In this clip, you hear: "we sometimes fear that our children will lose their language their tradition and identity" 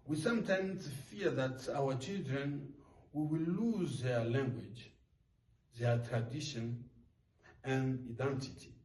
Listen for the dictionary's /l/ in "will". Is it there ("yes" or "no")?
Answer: no